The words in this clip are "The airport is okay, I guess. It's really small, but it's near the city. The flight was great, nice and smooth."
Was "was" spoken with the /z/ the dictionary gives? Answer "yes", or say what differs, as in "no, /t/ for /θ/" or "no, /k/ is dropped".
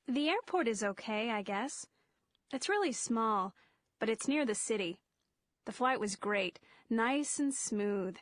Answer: yes